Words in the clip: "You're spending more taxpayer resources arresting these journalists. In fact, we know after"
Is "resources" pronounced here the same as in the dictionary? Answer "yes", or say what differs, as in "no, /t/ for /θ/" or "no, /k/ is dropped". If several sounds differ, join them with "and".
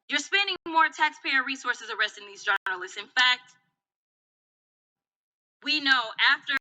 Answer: yes